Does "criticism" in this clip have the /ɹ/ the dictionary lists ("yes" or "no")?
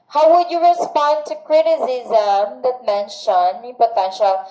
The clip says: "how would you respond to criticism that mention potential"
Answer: yes